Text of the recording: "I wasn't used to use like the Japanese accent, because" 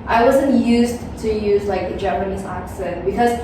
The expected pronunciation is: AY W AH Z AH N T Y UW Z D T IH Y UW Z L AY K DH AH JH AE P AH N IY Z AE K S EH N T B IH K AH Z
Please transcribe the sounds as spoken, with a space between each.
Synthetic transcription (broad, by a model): AY W AH Z AH N T Y UW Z T IH Y UW Z L AY K DH AH JH AE P AH N IY Z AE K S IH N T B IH K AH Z